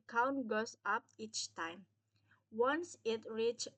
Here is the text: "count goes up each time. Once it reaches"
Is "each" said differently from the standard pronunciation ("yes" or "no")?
no